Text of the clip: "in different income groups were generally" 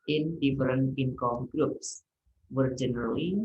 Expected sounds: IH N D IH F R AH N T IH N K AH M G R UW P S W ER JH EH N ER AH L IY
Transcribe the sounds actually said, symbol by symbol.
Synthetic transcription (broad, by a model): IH N D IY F R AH N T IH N K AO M G R UW P S W ER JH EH N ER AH L IY